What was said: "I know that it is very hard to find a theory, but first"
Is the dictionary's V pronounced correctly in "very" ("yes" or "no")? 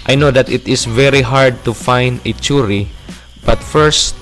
yes